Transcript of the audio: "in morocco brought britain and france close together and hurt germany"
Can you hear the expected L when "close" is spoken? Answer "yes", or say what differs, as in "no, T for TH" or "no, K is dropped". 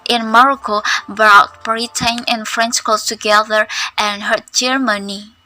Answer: no, L is dropped